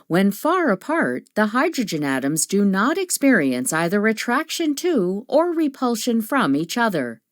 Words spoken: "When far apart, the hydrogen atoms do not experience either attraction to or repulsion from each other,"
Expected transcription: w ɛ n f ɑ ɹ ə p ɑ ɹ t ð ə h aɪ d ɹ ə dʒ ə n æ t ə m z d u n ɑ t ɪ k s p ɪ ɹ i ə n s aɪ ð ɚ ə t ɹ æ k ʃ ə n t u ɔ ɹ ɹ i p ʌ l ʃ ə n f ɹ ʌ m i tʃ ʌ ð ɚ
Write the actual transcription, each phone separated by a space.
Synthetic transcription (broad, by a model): w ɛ n f ɑ ɹ ə p ɑ ɹ t ð ə h aɪ d ɹ ə dʒ ə n æ t ə m z d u n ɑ t ɪ k s p ɪ ɹ i ə n s aɪ ð ɚ ə t ɹ æ k ʃ ə n t u ɔ ɹ ɹ i p ʌ l ʃ ə n f ɹ ʌ m i tʃ ʌ ð ɚ